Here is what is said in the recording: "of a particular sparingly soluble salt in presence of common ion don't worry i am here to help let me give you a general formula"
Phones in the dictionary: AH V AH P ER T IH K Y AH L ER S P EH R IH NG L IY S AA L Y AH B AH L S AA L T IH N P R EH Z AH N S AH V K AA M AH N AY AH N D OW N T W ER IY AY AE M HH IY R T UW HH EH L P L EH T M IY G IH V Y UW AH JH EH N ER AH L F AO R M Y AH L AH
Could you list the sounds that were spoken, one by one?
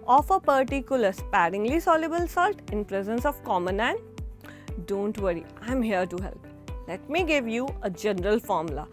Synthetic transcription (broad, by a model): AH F AH P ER T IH K Y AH L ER S P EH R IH NG L IY S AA L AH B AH L S AA L T IH N P R EH Z AH N S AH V K AA M AH N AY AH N D OW N T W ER IY AY M HH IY R T UW HH EH L P L EH T M IY G IH V Y UW AH JH EH N ER AH L F AO R M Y L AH